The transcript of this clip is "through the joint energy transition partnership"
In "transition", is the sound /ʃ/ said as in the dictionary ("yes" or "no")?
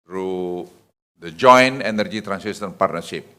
no